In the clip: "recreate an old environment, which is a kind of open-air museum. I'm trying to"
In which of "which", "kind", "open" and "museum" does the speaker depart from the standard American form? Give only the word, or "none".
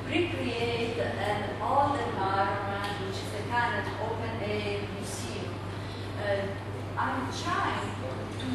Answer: museum